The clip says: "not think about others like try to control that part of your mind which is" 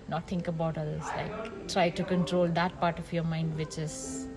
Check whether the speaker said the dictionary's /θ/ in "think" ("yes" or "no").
no